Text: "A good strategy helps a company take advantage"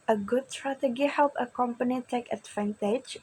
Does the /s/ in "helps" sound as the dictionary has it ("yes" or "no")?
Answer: no